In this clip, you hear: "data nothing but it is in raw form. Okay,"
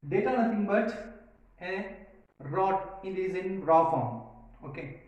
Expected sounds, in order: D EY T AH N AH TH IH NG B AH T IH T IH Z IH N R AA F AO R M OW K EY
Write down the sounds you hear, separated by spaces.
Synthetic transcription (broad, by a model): D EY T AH N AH T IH NG B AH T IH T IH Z IH N R AA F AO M OW K EY